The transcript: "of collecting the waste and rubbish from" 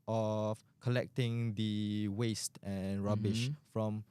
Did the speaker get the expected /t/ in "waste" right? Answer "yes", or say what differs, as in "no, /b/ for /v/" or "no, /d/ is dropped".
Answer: yes